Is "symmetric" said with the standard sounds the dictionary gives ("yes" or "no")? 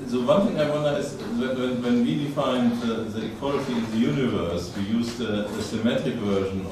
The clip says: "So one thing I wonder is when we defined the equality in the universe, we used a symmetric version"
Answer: no